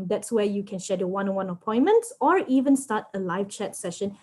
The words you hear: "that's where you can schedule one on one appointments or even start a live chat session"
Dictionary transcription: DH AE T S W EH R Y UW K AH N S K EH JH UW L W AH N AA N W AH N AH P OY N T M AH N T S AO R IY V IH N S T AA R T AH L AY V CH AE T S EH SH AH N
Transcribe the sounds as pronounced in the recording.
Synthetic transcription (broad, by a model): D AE T S W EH Y UW K AH N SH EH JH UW W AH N AA N W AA N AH P OY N M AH N T S AO R IY V IH N S T AA T AH L AY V CH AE T S EH SH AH N